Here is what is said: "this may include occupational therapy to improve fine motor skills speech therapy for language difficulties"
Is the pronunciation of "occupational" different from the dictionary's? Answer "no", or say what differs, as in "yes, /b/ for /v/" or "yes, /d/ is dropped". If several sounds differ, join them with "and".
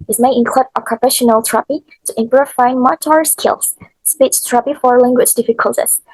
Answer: yes, /f/ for /p/